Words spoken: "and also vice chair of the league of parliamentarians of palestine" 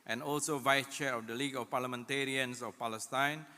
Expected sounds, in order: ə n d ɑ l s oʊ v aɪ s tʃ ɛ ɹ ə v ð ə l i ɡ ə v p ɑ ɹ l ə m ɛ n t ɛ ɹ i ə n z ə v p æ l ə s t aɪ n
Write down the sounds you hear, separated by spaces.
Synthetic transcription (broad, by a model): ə n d ɑ l s oʊ v aɪ s tʃ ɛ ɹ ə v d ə l i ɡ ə f p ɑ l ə m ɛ n t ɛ ɹ i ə n s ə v p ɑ l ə s t aɪ n